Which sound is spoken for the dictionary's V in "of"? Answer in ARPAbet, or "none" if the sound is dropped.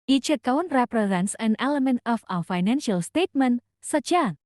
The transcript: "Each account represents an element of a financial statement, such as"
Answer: W